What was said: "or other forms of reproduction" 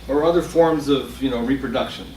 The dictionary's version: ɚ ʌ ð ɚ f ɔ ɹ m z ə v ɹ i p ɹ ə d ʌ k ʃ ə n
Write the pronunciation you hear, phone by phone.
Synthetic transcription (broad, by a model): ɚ ʌ ð ɚ f ɔ ɹ m z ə v ɹ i p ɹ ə d ʌ k ʃ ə n